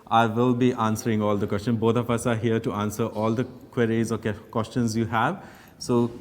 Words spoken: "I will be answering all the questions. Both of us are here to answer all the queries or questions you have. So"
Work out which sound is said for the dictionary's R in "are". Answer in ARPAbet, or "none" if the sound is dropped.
R